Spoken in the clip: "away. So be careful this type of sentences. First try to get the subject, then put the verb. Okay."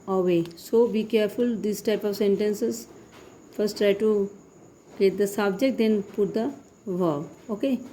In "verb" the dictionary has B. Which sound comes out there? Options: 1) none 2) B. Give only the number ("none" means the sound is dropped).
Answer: 1